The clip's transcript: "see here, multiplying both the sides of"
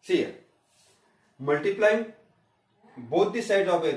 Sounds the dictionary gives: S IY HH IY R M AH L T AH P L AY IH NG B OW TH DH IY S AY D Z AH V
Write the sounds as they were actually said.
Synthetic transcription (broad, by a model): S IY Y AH M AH L T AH P L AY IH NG B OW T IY S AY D AH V